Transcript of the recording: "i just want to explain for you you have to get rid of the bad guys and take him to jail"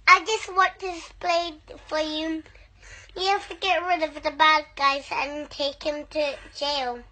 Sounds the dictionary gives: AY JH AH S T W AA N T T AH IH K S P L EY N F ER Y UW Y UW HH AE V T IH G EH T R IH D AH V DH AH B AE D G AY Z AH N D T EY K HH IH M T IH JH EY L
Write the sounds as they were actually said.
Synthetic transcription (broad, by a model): AY JH AH S T W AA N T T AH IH S P L EY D F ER Y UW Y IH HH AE F T IH G EH T R IH D AH V DH AH B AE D G AY Z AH N T EY K HH IH M T IH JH EY L